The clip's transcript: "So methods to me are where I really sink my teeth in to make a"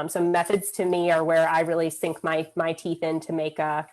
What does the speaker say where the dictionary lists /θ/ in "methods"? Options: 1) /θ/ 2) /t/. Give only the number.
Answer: 1